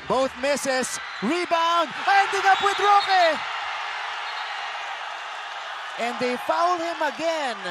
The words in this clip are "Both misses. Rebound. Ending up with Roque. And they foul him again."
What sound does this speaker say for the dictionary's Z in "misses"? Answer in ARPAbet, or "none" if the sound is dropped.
S